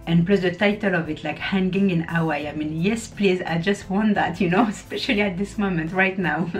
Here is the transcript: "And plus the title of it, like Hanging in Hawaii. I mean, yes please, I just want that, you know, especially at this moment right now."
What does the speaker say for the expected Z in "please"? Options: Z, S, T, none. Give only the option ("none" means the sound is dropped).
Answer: Z